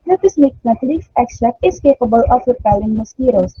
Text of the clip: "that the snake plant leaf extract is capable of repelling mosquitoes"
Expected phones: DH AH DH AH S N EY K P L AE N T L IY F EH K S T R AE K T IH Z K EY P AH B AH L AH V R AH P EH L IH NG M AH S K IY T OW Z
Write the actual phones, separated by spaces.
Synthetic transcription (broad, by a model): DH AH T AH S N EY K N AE T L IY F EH K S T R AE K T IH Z K EY P AH B AH L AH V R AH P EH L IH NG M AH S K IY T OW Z